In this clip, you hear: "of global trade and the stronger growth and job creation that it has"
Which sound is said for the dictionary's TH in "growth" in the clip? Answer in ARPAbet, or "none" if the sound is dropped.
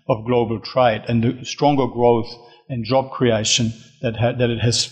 TH